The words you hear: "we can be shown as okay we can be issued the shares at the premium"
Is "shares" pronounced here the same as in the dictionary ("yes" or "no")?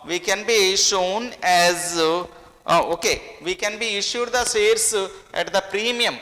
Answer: no